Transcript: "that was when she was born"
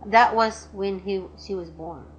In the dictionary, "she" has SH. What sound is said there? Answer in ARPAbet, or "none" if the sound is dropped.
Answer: SH